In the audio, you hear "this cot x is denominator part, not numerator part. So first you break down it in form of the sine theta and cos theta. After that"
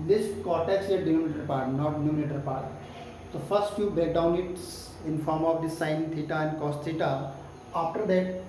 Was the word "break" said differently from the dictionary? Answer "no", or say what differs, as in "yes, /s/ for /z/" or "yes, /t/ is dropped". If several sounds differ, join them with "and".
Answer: yes, /ɹ/ is dropped